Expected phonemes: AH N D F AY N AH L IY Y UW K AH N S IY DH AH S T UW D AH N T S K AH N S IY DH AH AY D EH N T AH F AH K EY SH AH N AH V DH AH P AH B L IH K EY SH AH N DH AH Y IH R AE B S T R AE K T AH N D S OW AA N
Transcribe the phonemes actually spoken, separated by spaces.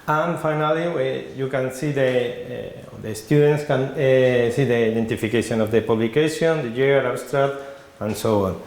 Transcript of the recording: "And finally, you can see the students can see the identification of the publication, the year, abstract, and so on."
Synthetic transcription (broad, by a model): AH N F AY N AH L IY Y UW K AH N S IY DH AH S T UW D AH N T S K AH N S IY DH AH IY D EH N T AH F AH K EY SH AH N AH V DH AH P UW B L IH K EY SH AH N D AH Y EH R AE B S T R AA T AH N S OW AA N